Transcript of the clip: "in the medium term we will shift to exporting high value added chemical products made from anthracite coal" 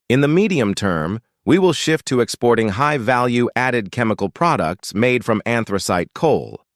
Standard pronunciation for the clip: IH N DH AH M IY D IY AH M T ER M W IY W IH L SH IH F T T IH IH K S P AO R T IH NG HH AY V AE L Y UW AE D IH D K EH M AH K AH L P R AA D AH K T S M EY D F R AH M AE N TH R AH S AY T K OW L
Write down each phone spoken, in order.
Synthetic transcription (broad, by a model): IH N DH AH M IY D IY AH M T ER M W IY W IH L SH IH F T T IH IH K S P AO R T IH NG HH AY V AE L Y UW AE D IH D K EH M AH K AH L P R AA D AH K T S M EY D F R AH M AE N TH R AH S AY T K OW L